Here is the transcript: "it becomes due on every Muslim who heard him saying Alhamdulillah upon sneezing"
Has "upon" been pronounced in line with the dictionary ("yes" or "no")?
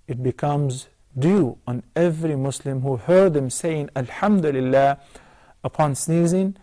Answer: yes